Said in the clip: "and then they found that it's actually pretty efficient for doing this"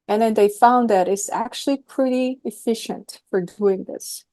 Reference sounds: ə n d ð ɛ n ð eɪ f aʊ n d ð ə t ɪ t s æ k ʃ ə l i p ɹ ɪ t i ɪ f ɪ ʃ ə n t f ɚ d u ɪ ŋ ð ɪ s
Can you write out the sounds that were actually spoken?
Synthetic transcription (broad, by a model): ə n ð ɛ n ð eɪ f aʊ n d ð ə t ɪ t s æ k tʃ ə l i p ɹ ɪ t i ɪ f ɪ ʃ ə n t f ɚ d u ɪ ŋ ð ɪ s